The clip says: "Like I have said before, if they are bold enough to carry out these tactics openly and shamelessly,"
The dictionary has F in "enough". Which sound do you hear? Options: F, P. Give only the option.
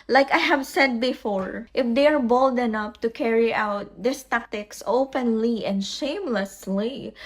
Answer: P